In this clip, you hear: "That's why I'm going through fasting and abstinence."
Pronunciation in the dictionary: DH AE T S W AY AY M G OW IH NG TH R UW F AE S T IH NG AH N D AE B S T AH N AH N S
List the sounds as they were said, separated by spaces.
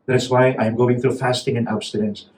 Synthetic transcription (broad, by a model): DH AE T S W AY AY M G OW IH NG TH R UW F AE S T IH NG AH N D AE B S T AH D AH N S